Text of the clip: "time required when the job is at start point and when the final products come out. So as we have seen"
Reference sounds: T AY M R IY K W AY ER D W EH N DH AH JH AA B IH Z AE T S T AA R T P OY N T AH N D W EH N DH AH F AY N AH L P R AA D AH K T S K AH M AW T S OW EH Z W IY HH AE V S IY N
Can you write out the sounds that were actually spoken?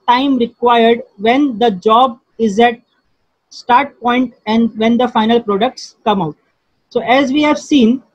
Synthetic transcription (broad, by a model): T AY M R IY K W AY ER D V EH N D AH JH AA B IH Z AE T S T AA R T P OY N T AH N D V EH N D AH F AY N AH L P R AA D AH K T S K AH M AW T S OW EH Z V IY HH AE V S IY N